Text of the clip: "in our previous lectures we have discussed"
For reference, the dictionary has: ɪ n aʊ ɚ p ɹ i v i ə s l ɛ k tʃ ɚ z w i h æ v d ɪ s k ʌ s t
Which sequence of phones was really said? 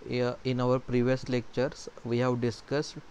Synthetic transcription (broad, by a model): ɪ n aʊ ɚ p ɹ i v i ə s l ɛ k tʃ ɚ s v i h æ v d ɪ s k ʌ s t